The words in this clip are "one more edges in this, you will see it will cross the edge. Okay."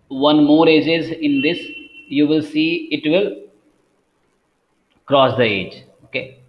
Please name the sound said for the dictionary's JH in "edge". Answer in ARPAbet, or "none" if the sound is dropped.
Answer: JH